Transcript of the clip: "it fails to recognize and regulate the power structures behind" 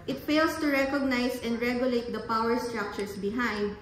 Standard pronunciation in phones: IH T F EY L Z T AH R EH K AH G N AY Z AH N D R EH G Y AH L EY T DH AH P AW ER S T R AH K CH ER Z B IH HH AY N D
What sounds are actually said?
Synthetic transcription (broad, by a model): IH T F EY L S T AH R EH K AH G N AY S AH N D R EH G Y AH L EY T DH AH P AW ER S T R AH K CH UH S B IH HH AY N D